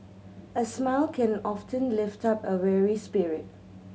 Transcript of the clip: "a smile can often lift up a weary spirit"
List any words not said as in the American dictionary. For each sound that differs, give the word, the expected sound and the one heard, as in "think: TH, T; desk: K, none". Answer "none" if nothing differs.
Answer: none